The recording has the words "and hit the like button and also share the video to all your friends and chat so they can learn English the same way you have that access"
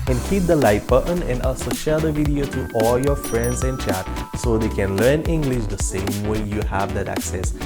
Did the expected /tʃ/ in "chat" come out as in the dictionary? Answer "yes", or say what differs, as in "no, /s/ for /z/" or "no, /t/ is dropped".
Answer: yes